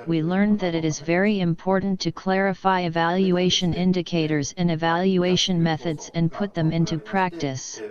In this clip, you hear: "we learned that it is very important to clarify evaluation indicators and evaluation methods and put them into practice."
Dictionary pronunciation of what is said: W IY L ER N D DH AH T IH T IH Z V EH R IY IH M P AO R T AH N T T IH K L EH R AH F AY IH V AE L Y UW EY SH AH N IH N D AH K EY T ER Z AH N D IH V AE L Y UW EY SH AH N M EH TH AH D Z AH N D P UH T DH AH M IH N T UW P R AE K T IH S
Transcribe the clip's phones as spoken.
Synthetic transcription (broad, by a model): W IY L ER N DH AH T IH T IH Z V EH R IY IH M P AO R T N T T IH K L EH R AH F AY IH V AE L Y UW EY SH AH N IH N D AH K EY T ER Z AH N IH V AE L Y UW EY SH AH N M EH TH AH D Z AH N P UH T DH AH M IH N T UW P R AE K T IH S